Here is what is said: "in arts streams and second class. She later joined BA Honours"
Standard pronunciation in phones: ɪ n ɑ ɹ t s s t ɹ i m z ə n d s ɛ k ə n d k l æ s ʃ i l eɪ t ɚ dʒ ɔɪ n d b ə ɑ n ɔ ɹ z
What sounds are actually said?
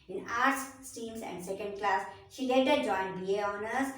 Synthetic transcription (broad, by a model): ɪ n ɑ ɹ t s s t i m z ə n d s ɛ k ə n d k l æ s ʃ i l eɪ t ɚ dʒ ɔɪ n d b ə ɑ n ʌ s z